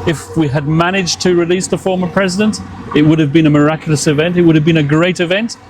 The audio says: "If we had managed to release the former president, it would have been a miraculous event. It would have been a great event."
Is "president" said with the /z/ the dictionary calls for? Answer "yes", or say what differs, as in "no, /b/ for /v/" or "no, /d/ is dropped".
yes